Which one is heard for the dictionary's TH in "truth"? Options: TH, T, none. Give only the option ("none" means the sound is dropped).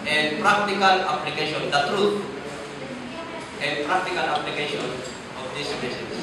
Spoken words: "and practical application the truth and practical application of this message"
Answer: T